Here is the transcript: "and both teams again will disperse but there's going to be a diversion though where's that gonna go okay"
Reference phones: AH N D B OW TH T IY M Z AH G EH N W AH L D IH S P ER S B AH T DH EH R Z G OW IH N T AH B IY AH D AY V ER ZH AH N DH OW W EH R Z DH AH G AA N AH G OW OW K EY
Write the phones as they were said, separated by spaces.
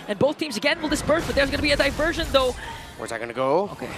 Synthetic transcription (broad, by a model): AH N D B OW TH T IY M Z AH G EH N W AH L D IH S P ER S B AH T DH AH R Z G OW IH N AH B IY AH D AY V ER ZH AH N DH OW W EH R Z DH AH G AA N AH G OW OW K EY